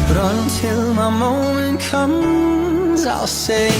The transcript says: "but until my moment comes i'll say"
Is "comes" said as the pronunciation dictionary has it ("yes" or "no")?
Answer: yes